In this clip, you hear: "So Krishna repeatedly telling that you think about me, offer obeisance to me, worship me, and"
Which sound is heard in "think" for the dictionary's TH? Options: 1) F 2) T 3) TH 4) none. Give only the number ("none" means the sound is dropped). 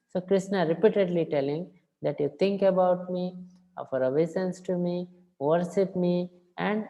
2